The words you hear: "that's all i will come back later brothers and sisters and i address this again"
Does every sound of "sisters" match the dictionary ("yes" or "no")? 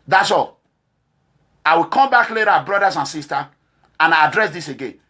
no